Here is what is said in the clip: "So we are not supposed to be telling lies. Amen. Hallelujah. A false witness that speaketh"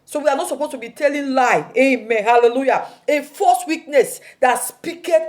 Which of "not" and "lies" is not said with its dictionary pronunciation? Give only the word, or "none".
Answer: lies